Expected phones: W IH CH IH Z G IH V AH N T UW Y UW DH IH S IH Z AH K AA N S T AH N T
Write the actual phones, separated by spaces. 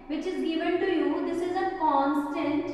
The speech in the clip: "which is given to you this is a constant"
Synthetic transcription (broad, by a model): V IH CH IH Z G IH V AH N T UW Y UW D IH S IH Z AH K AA N S T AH N T